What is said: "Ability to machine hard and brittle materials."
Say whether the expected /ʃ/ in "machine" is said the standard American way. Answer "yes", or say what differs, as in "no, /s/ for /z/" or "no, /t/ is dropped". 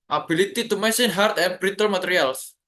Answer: no, /s/ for /ʃ/